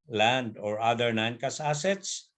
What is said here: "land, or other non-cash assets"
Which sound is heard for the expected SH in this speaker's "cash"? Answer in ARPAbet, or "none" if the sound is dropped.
S